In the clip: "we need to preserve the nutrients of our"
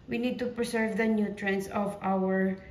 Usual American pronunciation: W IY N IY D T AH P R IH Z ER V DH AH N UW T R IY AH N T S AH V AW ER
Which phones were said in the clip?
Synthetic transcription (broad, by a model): W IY N IY D T AH P R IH S ER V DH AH N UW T R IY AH N S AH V AW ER